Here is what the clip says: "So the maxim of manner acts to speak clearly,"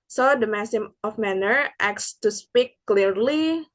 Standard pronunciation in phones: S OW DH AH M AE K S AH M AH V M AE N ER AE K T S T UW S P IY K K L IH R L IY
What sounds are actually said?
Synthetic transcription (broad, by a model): S OW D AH M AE S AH M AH F M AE N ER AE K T S T UW S P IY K K L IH R L IY